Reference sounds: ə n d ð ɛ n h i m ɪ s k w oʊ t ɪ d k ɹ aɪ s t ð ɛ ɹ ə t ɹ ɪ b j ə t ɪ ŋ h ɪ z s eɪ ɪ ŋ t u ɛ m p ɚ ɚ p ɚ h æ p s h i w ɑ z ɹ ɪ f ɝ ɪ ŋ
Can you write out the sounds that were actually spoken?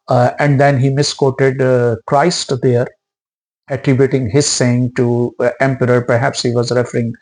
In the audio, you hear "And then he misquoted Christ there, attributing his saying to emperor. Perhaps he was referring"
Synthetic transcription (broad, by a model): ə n d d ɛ n h i m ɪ s k oʊ t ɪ d k ɹ aɪ s t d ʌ ɹ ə t ɹ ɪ b j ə t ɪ ŋ h ɪ z s eɪ ɪ ŋ t u ɛ m p ɚ ɚ p ɚ h æ p s h i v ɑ z ɹ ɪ f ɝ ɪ ŋ